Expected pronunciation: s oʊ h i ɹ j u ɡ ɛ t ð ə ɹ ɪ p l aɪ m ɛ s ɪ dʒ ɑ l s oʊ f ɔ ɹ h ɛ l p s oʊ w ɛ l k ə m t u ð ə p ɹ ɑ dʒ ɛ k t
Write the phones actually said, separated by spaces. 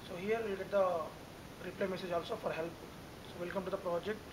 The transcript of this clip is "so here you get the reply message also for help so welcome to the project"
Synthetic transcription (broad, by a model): s oʊ h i ɹ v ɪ ɡ ɛ t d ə ɹ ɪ p l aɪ m ɛ s ɪ dʒ ɑ l s oʊ f ɔ ɹ h ɛ l p s oʊ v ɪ l k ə m t u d ə p ɹ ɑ dʒ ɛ k t